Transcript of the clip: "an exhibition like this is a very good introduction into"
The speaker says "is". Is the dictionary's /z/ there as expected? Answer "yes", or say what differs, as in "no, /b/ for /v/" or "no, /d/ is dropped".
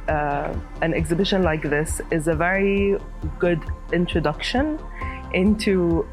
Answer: yes